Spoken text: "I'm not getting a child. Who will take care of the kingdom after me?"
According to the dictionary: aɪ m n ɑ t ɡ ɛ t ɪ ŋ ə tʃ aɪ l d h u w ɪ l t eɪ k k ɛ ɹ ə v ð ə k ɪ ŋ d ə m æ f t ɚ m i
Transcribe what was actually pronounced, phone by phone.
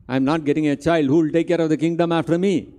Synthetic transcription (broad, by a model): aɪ m n ɑ t ɡ ɛ t ɪ ŋ ə tʃ aɪ l d h u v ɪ l t eɪ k k ɛ ɹ ə v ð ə k ɪ ŋ d ə m æ f t ɚ m i